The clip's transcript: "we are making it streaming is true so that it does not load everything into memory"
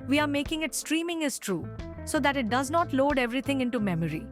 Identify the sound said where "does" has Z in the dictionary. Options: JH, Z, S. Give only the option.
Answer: Z